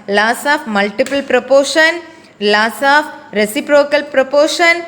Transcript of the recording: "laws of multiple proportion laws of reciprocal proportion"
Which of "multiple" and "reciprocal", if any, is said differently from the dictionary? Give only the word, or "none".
none